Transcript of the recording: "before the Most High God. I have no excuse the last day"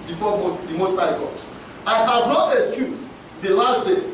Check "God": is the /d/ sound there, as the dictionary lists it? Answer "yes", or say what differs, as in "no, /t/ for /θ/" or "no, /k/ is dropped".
no, /d/ is dropped